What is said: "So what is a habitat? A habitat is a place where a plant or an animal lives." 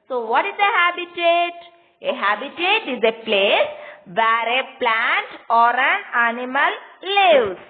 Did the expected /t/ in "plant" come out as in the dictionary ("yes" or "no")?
yes